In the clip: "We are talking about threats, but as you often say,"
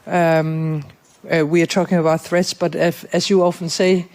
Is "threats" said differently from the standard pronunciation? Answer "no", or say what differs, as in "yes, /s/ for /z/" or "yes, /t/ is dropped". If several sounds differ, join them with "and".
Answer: no